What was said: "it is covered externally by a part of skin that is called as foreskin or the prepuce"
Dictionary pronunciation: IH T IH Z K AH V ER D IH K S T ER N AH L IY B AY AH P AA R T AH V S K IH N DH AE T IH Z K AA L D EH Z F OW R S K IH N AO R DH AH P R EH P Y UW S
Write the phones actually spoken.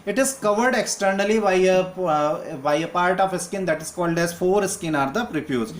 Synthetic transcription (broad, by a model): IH T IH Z K AH V ER D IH K S T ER N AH L IY B AY AH P AA R T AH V S K IH N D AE T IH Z K AA L D EH Z F OW R S K IH N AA R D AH P R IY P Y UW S